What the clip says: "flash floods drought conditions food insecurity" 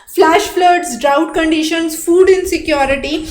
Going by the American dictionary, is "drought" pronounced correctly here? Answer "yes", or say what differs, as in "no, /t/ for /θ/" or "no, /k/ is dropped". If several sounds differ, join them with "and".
yes